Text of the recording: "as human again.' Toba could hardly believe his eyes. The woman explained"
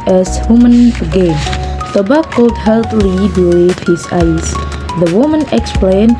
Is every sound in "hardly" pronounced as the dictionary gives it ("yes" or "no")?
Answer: no